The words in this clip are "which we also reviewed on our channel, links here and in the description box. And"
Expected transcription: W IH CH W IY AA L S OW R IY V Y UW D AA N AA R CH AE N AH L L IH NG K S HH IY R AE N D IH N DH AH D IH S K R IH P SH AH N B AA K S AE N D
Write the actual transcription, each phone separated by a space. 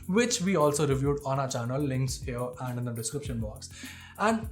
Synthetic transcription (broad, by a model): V IH CH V IY AA L S OW R IY V Y UW D AA N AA CH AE N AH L L IH NG K S HH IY R AE N D IH N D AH D IH S K R IH P SH AH N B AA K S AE N D